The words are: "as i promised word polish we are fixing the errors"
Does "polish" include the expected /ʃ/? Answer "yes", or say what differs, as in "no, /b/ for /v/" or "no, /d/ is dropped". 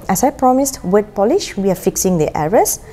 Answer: yes